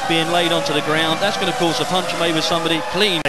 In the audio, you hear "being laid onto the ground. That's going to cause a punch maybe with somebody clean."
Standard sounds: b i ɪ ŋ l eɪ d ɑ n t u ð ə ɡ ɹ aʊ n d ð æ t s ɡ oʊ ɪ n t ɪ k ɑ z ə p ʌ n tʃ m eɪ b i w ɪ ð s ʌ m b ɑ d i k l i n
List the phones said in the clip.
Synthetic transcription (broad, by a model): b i ɪ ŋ l eɪ d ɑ n t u ð ə ɡ ɹ aʊ n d ð æ t s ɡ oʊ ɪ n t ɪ k ɑ z ə p ʌ n tʃ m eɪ i w ɪ ð s ʌ m b ɑ d i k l i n